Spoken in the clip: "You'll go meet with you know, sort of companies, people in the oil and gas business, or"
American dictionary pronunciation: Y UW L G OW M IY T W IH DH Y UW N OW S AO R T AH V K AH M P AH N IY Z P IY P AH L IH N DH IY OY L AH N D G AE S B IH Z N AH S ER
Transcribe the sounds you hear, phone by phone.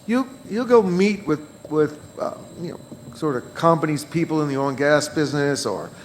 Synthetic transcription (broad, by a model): Y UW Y G OW M IY T W IH DH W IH N OW S AO R T AH V K AH M P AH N IY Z P IY P L IH N DH IY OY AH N G AE S B IH Z N AH S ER